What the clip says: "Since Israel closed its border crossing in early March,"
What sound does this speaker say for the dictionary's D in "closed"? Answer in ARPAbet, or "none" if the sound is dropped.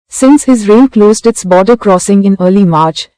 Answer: D